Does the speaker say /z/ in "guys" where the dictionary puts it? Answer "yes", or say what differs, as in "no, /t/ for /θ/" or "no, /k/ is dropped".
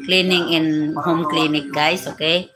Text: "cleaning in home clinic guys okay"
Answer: no, /s/ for /z/